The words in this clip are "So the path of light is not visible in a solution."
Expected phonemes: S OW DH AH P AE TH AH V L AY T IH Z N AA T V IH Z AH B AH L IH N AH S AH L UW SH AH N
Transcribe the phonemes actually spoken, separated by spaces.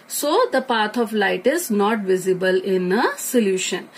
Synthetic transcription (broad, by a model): S OW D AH P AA T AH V L AY T IH Z N AA T V IH Z AH B AH L IH N AH S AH L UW SH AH N